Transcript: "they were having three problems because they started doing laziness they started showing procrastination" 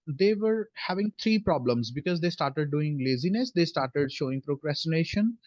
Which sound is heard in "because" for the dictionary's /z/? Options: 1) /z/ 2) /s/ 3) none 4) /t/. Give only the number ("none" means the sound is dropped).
1